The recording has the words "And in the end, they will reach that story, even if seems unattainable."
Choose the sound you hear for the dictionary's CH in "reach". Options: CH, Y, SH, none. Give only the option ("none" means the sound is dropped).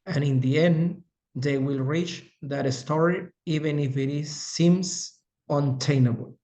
CH